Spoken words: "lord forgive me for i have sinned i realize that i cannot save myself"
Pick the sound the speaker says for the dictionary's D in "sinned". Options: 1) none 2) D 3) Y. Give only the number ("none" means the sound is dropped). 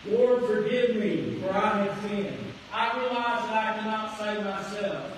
1